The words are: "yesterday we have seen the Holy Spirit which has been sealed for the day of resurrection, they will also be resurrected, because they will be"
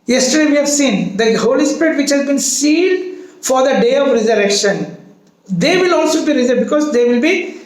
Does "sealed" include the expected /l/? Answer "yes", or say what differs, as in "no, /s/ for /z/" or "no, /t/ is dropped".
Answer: no, /n/ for /l/